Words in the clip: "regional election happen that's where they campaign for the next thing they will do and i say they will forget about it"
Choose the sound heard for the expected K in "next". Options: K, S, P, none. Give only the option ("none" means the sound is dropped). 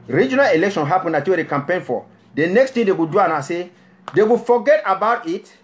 K